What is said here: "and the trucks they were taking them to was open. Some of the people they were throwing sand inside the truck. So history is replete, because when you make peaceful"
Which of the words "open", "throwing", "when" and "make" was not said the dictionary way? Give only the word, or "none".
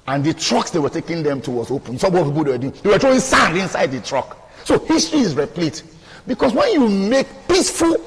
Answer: throwing